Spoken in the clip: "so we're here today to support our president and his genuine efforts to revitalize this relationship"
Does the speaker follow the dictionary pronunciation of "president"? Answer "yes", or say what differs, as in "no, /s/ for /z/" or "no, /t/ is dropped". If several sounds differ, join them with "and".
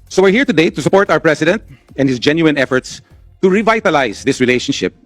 no, /s/ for /z/